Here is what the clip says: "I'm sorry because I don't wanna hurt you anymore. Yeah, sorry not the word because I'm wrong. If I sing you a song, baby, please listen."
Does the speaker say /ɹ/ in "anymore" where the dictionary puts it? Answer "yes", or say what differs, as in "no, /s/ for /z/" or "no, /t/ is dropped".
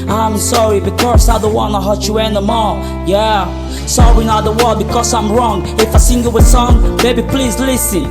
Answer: no, /l/ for /ɹ/